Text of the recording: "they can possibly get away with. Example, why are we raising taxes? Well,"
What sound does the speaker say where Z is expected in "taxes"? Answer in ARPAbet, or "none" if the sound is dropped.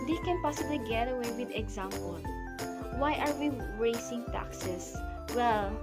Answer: S